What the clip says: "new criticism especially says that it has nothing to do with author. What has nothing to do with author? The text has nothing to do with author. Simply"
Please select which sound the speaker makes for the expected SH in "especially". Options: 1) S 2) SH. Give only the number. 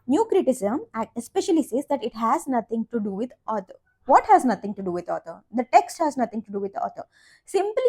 2